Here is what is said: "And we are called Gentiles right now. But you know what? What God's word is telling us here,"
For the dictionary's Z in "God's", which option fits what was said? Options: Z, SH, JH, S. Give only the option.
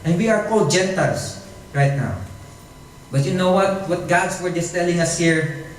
S